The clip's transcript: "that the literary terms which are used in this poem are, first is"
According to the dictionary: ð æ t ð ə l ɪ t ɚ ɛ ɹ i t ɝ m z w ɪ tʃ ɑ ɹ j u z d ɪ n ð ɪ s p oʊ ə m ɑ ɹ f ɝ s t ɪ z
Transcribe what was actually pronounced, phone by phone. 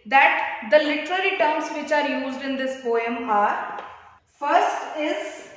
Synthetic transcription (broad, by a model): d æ t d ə l ɪ t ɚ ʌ ɹ i t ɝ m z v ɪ tʃ ɑ ɹ j u z d ɪ n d ɪ s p oʊ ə m ɑ ɹ f ɝ s t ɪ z